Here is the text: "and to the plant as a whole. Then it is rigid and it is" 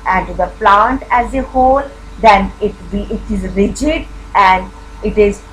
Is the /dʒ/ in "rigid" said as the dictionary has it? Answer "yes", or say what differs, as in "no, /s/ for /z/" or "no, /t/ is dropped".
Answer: yes